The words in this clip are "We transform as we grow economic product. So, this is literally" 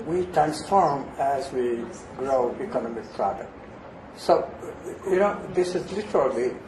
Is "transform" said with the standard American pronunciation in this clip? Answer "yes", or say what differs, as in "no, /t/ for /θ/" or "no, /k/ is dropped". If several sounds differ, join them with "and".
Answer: yes